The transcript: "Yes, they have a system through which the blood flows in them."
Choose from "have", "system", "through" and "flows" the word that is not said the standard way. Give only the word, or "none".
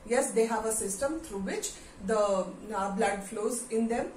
through